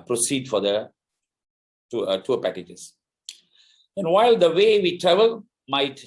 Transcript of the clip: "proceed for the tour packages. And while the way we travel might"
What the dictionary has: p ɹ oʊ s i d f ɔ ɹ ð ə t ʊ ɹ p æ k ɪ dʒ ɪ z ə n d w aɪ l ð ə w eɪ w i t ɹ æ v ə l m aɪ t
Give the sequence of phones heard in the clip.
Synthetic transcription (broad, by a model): p ɹ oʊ s i d f ɔ ɹ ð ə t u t p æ k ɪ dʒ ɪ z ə n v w aɪ l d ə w eɪ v i t ɹ æ v ə l m aɪ t